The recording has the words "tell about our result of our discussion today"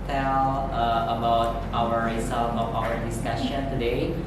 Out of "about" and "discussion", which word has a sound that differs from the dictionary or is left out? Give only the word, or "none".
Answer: none